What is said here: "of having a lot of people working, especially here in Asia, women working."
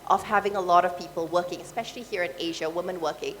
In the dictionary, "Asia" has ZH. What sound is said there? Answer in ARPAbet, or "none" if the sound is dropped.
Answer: ZH